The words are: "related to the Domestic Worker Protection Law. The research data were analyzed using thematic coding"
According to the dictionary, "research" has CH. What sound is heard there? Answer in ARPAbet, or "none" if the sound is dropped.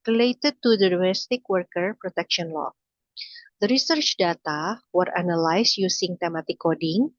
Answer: CH